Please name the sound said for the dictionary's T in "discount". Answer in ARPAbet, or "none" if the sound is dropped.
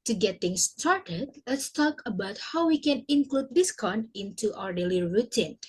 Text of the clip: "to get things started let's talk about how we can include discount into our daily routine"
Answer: none